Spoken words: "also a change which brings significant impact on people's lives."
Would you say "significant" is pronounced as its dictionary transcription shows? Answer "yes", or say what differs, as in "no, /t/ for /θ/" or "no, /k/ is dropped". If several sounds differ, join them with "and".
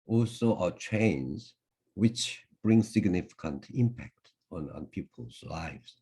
yes